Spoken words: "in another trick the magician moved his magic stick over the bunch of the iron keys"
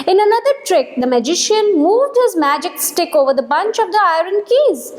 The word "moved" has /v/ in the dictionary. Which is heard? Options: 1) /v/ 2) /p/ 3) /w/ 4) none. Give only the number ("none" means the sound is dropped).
1